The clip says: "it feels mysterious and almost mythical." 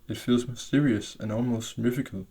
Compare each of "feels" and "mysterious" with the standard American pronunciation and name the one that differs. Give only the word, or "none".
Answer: none